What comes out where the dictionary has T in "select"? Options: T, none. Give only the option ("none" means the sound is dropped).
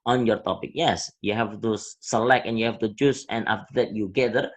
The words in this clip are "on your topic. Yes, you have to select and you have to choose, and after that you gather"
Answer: none